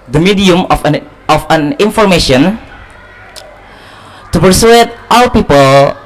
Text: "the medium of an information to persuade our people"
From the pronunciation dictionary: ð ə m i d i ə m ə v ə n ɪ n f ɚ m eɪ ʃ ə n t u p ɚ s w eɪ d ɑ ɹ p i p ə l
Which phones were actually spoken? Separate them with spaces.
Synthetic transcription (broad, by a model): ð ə m i d i ə m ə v ə n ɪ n f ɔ m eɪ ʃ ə n t u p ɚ s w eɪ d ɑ l p i p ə l